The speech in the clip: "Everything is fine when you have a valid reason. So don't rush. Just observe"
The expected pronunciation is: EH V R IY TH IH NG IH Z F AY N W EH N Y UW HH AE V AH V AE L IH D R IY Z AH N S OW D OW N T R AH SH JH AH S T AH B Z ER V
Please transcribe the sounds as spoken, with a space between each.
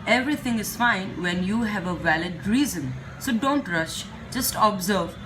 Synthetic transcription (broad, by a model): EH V R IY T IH NG IH Z F AY N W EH N Y UW HH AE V AH V AE L IH D R IY Z AH N S OW D OW N T R AH SH JH AH S T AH B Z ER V